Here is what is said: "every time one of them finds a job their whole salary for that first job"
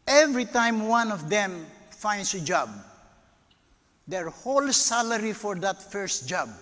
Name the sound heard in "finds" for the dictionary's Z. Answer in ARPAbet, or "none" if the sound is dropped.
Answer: S